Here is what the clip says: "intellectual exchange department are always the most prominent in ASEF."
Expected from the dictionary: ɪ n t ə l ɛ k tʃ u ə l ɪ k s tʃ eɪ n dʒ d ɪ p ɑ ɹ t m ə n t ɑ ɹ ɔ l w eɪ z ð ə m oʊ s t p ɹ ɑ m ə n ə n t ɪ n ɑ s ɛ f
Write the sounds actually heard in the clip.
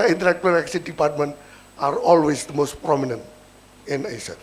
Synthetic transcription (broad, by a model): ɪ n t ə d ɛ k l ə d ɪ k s i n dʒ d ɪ p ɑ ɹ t m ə n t ɑ ɹ ɔ l w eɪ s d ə m oʊ s t p ɹ ɑ m ə n ə n t ɪ n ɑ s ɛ